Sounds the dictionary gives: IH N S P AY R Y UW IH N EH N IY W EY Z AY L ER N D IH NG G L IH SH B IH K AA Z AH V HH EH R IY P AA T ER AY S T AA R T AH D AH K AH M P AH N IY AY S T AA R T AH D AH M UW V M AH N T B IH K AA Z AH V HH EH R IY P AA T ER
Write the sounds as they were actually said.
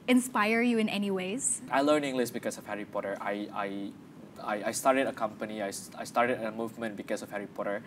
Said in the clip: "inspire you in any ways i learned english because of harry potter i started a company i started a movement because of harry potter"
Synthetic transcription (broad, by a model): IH N S P AY R Y UW IH N EH N IY W EY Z AY L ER N IH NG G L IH S B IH K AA S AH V HH EH R IY P AA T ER AY S T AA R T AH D AH K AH M P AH N IY AY S T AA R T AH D AH M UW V M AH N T B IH K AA S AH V HH EH R IY P AA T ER